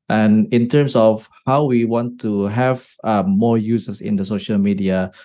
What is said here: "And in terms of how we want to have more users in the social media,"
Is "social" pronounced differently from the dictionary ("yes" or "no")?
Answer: no